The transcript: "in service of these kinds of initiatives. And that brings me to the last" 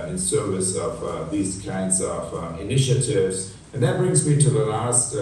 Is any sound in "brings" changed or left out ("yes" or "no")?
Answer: no